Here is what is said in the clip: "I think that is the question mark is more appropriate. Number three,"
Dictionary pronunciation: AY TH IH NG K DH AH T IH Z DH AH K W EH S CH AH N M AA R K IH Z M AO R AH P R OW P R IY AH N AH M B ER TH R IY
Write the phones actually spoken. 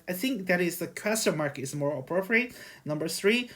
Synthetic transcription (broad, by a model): AY TH IH NG K DH AH T IH Z DH AH K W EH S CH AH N M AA R K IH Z M AO R AH P R OW P R IY AH N AH M B ER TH R IY